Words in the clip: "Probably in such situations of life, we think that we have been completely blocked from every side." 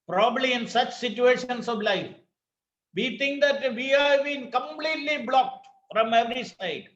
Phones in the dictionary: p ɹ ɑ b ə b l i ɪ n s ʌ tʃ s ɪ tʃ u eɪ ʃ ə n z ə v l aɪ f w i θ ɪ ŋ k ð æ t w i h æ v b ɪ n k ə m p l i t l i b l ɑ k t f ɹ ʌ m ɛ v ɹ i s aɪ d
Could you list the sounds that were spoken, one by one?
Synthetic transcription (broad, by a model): p ɹ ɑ b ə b l i ɪ n s ʌ tʃ s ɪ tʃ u eɪ ʃ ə n s ə v l aɪ f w i t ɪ ŋ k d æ t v i h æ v b ɪ n k ə m p l i t l i b l ɑ k t f ɹ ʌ m ɛ v ɹ i s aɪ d